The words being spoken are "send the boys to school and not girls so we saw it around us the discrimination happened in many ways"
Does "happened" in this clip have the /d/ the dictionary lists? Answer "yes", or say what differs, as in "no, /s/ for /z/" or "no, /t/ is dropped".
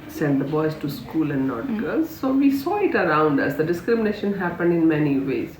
yes